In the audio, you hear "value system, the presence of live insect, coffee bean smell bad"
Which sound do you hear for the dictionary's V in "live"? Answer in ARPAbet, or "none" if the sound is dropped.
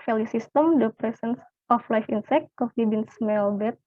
F